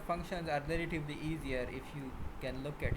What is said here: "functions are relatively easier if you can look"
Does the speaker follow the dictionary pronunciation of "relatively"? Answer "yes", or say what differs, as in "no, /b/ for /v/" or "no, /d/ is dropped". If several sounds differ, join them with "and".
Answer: no, /l/ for /ɹ/